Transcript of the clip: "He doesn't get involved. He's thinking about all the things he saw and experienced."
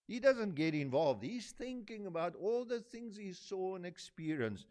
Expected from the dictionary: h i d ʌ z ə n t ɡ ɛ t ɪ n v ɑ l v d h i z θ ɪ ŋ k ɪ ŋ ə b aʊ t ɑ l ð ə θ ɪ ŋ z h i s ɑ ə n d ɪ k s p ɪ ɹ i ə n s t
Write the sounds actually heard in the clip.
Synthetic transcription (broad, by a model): h i d ʌ z ə n t ɡ ɛ t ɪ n v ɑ l v d h i z θ ɪ ŋ k ɪ ŋ ə b aʊ t ɑ l ð ə θ ɪ ŋ z h i s ɑ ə n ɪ k s p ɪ ɹ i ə n s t